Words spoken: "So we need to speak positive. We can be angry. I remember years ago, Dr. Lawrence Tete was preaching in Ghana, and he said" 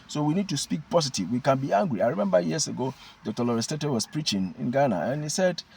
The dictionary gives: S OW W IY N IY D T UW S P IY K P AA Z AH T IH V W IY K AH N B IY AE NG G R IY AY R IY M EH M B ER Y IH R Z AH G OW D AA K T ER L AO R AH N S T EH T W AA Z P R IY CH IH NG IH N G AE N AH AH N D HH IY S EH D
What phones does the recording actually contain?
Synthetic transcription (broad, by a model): S OW W IY N IY D T UW S P IY K P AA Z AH T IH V W IY K AH N B IY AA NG G R IY AY R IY M EH M B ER Y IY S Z AH G OW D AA K T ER L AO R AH S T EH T W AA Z P R IY CH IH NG IH N G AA N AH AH N HH IY S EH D